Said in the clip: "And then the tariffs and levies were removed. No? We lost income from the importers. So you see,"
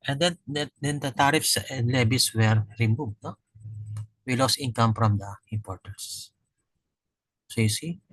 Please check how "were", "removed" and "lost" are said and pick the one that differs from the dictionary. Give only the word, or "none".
lost